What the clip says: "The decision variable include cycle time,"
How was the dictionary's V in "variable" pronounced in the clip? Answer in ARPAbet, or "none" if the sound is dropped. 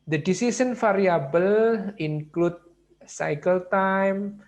F